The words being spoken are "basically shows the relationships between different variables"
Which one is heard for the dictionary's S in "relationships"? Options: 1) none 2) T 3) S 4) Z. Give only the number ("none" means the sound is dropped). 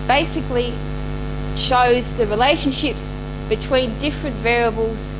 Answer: 3